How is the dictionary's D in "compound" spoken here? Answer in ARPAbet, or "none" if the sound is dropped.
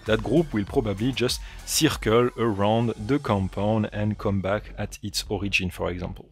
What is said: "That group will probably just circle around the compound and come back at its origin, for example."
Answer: none